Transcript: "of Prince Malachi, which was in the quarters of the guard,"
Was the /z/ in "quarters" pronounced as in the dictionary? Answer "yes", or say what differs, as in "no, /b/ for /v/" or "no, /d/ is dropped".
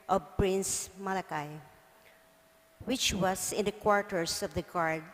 no, /s/ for /z/